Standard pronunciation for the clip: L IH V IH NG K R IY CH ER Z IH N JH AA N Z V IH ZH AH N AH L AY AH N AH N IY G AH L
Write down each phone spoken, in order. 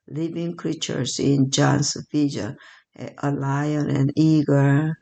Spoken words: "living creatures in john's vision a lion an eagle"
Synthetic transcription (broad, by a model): L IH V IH NG K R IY CH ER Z IH N JH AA N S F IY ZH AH AH L AY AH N AH N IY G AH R